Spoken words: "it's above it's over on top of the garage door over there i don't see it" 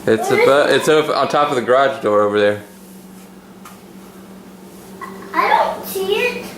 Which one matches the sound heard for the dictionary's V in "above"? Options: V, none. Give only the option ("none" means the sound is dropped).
none